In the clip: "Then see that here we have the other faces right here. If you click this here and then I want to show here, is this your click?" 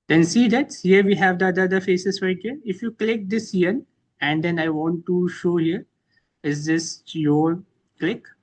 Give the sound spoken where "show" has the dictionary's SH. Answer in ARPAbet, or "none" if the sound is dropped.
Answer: SH